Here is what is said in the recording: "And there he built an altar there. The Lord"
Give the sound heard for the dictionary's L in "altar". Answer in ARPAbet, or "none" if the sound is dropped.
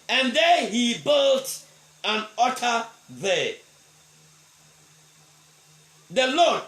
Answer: none